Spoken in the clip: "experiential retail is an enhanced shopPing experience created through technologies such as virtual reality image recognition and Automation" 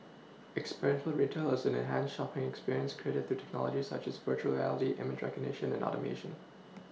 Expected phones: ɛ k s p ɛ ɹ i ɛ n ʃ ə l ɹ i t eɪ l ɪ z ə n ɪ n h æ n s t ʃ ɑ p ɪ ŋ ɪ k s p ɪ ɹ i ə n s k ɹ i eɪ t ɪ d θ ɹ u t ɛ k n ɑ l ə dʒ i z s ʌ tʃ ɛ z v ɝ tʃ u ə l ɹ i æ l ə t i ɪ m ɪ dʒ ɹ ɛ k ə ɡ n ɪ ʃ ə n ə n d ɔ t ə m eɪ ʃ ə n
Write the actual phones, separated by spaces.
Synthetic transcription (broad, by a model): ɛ k s p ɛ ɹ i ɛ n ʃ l ɹ i t eɪ l ɪ z ə n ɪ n h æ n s ʃ ɑ p ɪ ŋ ɪ k s p ɪ ɹ i ə n s k ɹ i eɪ t ɪ d θ ɹ u t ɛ k n ɑ l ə dʒ i s ʌ tʃ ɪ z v ɝ tʃ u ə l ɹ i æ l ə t i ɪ m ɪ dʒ ɹ ɛ k ə ɡ n ɪ ʃ ə n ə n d ɔ t ə m eɪ ʃ ə n